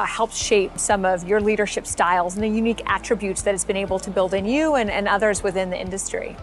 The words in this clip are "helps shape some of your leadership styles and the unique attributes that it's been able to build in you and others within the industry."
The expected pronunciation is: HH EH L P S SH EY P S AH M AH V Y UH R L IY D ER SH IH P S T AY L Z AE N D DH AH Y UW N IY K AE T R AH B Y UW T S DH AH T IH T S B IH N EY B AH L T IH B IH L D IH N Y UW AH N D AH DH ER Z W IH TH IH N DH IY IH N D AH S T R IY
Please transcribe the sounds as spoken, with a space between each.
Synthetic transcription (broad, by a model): HH EH L P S SH EY P S AH M AH V Y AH R L IY D ER SH IH P S T AY L Z N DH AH Y UW N IY K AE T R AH B Y UW T S DH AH T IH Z B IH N EY B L T IH B IH L D IH N Y UW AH N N AH DH ER Z W IH TH IH N DH IY IH N D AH S T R IY